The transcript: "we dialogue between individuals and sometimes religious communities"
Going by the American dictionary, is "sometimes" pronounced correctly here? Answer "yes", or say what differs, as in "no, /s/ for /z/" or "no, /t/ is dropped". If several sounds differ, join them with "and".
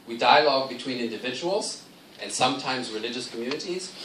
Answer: yes